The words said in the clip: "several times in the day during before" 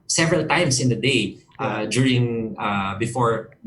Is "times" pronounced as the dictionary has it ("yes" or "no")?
no